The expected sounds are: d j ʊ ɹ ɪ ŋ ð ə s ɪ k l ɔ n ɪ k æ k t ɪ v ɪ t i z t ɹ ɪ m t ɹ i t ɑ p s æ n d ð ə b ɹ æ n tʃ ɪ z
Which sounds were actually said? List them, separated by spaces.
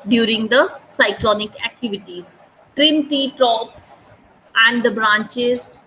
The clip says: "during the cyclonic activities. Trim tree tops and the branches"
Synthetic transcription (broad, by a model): d j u ɹ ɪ ŋ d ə s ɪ k l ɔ n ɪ k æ k t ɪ v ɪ t i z t ɹ ɪ m t i t ɑ p s æ n d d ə b ɹ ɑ n tʃ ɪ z